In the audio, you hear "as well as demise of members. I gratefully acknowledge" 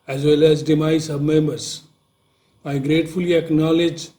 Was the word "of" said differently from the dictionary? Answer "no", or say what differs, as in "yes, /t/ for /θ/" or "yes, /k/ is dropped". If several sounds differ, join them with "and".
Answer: yes, /b/ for /v/